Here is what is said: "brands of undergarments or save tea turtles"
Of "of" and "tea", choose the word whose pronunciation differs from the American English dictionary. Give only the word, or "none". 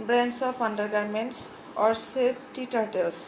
of